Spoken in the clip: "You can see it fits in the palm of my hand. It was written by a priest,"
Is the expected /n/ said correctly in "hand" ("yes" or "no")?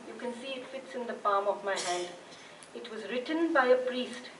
yes